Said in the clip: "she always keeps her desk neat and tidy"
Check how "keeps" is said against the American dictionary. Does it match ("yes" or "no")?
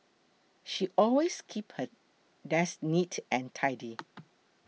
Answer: no